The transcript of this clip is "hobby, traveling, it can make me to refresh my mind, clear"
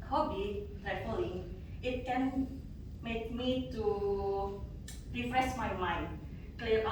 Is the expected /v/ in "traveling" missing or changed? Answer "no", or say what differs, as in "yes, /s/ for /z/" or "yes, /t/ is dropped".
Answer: yes, /f/ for /v/